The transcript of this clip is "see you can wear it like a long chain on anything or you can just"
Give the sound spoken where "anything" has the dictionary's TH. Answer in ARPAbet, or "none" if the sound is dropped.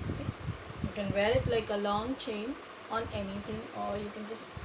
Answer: T